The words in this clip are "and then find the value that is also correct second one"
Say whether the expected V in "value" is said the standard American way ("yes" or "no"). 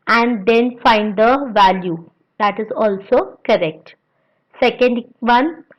yes